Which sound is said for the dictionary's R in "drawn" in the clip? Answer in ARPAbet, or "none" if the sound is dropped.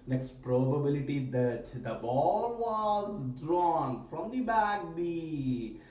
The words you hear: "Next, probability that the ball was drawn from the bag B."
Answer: R